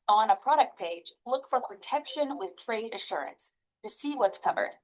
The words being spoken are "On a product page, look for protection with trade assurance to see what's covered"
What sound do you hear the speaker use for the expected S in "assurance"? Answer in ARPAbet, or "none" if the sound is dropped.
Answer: S